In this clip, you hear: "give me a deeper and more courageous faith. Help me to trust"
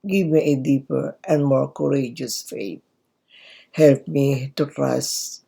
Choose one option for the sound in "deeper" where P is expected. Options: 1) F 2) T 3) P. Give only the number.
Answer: 3